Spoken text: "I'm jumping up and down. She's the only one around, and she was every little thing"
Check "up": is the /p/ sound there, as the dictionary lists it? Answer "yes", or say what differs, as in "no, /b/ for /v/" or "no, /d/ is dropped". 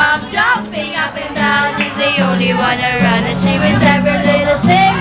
no, /b/ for /p/